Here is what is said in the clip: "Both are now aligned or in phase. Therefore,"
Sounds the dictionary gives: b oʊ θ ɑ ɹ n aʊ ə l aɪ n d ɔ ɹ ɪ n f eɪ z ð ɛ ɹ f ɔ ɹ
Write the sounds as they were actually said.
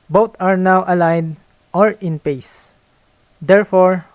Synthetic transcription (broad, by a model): b oʊ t ɑ ɹ n aʊ ə l aɪ n d ɔ ɹ ɪ n p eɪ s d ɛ ɹ f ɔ ɹ